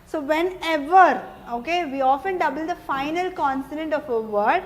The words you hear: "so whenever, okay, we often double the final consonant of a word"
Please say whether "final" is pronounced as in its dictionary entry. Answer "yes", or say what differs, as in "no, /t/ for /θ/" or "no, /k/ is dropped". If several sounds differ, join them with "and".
yes